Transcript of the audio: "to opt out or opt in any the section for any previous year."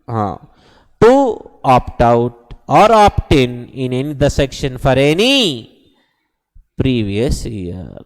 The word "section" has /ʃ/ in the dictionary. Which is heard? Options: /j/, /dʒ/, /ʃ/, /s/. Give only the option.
/ʃ/